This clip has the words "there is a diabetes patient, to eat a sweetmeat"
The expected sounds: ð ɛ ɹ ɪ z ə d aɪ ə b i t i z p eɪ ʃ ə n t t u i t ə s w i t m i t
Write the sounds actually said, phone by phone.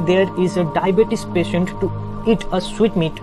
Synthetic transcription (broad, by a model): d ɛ ɹ ɪ z ə d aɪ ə b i t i s p eɪ ʃ ə n t t u i t ə s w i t m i t